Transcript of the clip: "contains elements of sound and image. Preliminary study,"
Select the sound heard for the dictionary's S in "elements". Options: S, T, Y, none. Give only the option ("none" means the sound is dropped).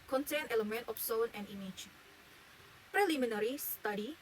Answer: none